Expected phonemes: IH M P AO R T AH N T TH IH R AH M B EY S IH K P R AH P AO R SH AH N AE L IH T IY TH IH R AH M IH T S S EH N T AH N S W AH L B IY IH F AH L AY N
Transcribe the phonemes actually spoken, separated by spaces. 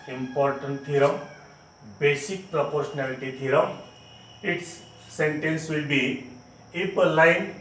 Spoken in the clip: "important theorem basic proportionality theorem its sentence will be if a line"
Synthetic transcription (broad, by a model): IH M P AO R T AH N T T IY R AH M B EY S IH K P R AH P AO R S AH N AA L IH T IY T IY R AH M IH T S S EH N T AH N S W AH L B IY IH P AH L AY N